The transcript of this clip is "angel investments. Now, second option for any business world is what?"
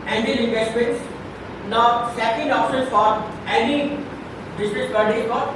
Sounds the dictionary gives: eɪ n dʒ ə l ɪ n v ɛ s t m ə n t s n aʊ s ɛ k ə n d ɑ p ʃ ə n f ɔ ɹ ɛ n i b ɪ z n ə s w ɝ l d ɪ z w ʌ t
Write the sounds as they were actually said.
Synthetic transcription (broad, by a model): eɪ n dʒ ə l ɪ n v ɛ s t m ə n t s n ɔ s ɛ k ə n d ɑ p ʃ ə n f ɔ ɹ ɛ n i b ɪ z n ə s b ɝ d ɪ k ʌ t